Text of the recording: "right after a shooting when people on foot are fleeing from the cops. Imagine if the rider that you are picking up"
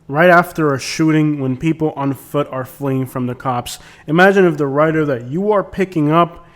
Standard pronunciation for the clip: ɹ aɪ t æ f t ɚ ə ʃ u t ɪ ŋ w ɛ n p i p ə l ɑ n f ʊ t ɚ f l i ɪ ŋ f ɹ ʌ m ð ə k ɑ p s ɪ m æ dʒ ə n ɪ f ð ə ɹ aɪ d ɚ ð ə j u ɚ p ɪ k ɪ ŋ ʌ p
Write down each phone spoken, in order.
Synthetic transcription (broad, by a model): ɹ aɪ t æ f t ɚ ə ʃ u t ɪ ŋ w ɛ n p i p l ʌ n f ʊ t ɚ f l i ɪ ŋ f ɹ ʌ m ð ə k ɑ p s ɪ m æ dʒ ə n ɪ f ð ə ɹ aɪ d ɚ ð ə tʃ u ɚ p ɪ k ɪ ŋ ʌ p